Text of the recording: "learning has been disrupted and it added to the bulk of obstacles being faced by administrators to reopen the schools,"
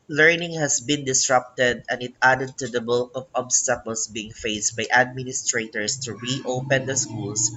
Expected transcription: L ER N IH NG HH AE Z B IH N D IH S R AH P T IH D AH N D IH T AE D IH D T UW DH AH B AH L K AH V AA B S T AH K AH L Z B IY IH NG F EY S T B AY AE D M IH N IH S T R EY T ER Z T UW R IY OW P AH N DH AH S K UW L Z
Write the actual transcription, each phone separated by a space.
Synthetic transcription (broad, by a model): L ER N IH NG HH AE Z B IH N D IH S R AH P T IH D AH N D IH T AE D IH D T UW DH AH B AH L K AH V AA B S T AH K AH L S B IY IH NG F EY S T B AY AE D M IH N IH S T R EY T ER S T UW R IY OW P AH N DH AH S K UW L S